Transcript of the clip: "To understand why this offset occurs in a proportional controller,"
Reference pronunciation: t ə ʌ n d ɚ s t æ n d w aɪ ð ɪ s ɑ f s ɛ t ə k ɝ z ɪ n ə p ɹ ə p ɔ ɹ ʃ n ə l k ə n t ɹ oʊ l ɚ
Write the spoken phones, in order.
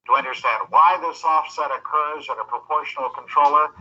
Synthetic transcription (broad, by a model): t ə ʌ n d ɚ s t æ n d w aɪ ð ɪ s ɑ f s ɛ t ə k ɝ z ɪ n ə p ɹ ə p ɔ ɹ ʃ n l k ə n t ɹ oʊ l ɚ